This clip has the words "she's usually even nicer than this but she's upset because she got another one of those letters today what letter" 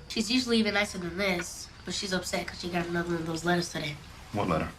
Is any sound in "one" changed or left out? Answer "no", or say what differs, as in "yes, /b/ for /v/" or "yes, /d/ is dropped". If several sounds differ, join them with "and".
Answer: yes, /n/ is dropped